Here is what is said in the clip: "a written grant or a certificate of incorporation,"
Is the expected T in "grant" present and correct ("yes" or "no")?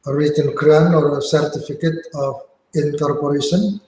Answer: no